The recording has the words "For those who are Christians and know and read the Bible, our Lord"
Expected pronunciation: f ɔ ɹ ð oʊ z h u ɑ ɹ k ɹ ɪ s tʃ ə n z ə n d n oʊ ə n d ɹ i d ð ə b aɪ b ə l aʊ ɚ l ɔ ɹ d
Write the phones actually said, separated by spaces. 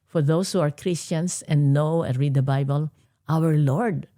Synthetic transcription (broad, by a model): f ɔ ɹ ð oʊ s h u ɑ ɹ k ɹ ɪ s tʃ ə n s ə n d n oʊ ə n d ɹ i d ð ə b aɪ b ə l aʊ ɚ l ɔ ɹ d